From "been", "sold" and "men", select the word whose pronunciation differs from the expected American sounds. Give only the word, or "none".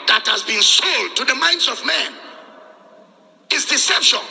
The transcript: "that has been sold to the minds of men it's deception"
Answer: none